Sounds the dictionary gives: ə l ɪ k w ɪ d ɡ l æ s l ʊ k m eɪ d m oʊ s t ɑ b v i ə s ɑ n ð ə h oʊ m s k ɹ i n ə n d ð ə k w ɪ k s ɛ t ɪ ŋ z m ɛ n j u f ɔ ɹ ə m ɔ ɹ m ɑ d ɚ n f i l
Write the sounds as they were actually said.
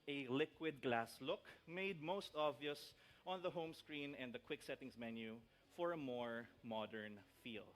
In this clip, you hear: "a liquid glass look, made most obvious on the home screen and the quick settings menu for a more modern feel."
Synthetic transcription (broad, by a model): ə l ɪ k w ɪ d ɡ l æ s l ʊ k m eɪ d m oʊ s t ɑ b v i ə s ɑ n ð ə h oʊ m s k ɹ i n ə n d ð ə k w ɪ k s ɛ t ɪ ŋ s m ɛ n j u f ɔ ɹ ə m ɔ ɹ m ɑ d ɚ n f i l